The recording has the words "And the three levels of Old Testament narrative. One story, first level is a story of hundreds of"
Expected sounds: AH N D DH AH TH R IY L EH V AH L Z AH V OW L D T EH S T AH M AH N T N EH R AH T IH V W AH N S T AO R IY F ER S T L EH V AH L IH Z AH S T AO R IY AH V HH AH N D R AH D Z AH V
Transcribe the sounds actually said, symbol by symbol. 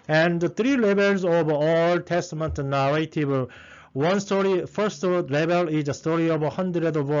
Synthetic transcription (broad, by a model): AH N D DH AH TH R IY L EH B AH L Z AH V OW L T EH S T AH M AH N T N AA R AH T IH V W AH N S T AO R IY F ER S T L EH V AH L IH Z AH S T AO R IY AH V HH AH N D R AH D AH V